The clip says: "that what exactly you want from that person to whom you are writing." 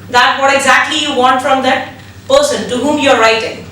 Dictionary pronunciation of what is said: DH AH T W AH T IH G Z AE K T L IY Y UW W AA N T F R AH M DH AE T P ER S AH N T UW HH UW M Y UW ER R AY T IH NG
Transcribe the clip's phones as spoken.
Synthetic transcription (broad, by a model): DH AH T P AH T IH G Z AE K T L IY Y UW W AA N T F R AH M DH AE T P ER S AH N T UW HH UW M Y UW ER R AY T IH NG